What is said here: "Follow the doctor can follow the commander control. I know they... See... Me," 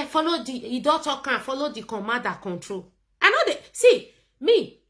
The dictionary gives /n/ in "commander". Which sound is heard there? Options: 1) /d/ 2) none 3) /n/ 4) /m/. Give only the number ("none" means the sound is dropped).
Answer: 2